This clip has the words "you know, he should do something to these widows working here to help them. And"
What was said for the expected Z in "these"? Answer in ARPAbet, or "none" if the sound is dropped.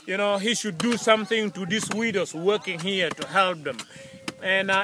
S